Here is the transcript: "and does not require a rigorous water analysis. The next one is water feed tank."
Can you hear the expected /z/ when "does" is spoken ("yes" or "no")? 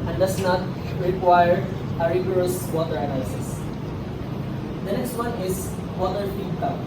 no